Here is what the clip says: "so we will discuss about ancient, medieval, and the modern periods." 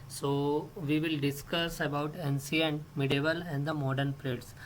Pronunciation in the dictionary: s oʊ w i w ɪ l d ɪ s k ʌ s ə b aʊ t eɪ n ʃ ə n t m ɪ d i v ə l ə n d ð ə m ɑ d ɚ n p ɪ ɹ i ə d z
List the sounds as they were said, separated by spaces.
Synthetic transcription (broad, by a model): s oʊ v i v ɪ l d ɪ s k ʌ s ə b aʊ t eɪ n s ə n m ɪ d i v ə l ə n d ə m ɑ d ɚ n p ɹ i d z